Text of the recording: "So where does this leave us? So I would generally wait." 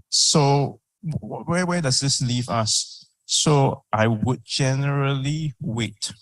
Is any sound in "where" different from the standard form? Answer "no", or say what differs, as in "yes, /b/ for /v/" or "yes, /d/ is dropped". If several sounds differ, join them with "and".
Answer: yes, /w/ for /ɹ/